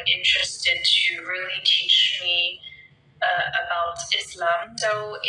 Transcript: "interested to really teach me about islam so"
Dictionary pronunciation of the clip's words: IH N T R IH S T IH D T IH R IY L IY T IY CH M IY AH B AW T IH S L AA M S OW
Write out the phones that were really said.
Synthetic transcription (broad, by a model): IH N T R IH S T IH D T IH R IY L IY T IY CH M IY AH B AW T IH S L AA M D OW